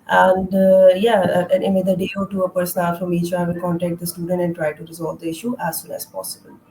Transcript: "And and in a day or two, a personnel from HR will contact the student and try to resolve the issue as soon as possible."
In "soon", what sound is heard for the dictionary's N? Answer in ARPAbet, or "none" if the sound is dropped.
L